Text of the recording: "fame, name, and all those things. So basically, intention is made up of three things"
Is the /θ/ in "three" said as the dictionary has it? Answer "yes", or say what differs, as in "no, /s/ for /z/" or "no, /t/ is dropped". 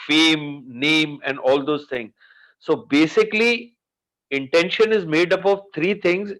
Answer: no, /t/ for /θ/